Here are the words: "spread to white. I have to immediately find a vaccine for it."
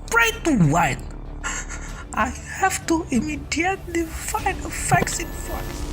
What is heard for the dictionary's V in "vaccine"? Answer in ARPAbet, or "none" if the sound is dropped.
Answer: F